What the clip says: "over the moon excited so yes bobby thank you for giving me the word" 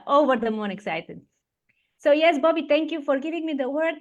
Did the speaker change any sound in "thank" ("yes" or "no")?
yes